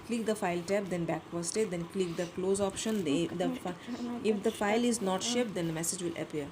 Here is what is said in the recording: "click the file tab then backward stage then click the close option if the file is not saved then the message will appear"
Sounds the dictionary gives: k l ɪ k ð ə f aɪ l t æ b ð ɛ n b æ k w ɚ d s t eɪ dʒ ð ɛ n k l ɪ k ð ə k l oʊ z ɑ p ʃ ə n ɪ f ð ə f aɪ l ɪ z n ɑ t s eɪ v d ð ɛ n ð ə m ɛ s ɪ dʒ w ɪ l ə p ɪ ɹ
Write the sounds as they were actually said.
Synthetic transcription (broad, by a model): k l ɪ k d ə f aɪ l t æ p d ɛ n b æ k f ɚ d s t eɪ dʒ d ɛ n k l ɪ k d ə k l oʊ z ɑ p ʃ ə n ɪ f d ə f aɪ l ɪ z n ɑ t ʃ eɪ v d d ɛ n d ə m ɛ s ɪ dʒ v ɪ l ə p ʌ ɹ